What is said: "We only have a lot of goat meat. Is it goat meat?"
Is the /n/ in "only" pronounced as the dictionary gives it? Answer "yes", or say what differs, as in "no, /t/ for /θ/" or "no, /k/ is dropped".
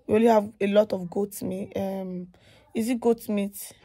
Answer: no, /n/ is dropped